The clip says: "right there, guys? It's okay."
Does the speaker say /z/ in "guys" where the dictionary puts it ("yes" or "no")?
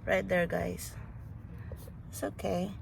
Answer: no